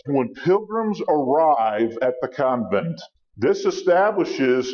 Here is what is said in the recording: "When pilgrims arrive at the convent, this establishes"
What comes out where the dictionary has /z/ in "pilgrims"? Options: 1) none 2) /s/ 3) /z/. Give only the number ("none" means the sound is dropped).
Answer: 3